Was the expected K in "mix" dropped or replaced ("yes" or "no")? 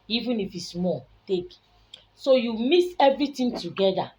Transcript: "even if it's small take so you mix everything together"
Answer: yes